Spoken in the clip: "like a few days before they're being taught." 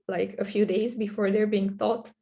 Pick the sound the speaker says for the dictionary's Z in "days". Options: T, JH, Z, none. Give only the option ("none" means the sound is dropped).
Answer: Z